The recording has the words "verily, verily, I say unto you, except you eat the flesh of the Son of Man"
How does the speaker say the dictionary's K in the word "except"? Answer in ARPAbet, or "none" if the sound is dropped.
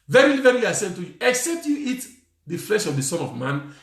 K